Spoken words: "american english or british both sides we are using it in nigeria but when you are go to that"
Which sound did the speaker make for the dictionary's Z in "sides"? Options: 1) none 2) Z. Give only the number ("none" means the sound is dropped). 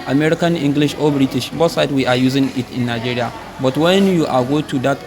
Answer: 1